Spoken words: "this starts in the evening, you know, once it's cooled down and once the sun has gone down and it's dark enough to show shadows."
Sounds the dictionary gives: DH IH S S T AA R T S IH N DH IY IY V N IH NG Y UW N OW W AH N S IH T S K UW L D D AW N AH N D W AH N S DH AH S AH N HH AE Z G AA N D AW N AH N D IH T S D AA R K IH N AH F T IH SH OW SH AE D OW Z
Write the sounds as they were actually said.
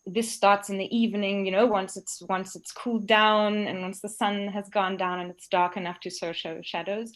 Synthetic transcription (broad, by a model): DH IH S S T AA R T S IH N DH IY IY V N IH NG Y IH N OW W AH N S IH T S K UW L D D AW N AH N W AH N S DH AH S AH N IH Z G AA N D AW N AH N IH T S D AA R K IH N AH F T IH SH OW SH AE D OW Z